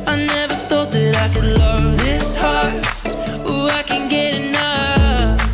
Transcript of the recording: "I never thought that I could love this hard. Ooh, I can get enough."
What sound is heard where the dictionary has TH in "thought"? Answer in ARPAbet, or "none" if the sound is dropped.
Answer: TH